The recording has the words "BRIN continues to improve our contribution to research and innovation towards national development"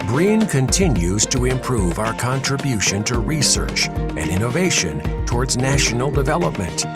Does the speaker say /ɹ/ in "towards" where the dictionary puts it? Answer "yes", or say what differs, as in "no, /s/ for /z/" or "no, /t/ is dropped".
yes